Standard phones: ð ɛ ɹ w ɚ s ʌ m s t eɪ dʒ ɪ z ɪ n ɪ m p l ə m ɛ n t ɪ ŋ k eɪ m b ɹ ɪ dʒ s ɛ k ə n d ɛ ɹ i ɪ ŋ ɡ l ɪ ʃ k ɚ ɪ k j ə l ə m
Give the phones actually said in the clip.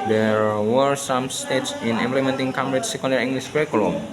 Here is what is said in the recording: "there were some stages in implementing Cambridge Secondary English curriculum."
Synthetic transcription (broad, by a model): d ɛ ɹ w ɚ s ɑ m s t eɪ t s ɪ n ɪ m p l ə m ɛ n t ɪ ŋ k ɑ m ɹ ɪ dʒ s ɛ k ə n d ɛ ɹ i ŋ ɡ l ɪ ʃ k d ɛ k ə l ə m